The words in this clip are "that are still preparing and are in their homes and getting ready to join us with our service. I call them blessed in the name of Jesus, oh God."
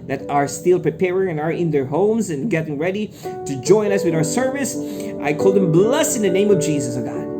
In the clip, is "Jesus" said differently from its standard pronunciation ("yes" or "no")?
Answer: no